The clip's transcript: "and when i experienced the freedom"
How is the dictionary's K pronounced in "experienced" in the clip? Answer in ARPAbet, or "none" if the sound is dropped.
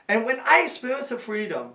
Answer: none